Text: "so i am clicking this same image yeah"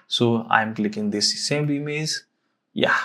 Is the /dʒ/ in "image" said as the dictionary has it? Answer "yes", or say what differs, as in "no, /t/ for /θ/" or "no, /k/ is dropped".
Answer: no, /z/ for /dʒ/